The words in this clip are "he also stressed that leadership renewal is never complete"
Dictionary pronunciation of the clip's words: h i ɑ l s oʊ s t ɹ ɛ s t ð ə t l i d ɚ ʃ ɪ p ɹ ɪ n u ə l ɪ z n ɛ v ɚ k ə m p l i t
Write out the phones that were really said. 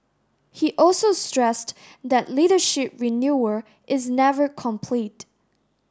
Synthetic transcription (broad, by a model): h i ɑ l s oʊ s t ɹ ɛ s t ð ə t l i d ɚ ʃ ɪ p ɹ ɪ n u ə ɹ ɪ z n ɛ v ɚ k ə m p l i t